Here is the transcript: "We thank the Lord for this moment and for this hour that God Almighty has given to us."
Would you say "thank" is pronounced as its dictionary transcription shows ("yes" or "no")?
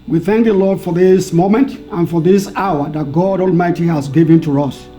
yes